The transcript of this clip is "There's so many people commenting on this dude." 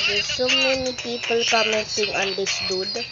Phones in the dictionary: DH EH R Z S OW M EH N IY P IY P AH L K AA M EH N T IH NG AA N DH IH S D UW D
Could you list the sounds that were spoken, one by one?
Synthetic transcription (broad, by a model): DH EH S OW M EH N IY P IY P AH L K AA M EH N S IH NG AA N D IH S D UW D